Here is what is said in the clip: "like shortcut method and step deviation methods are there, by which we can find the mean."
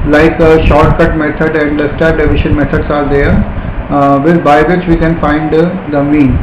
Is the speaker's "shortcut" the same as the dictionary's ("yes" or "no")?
yes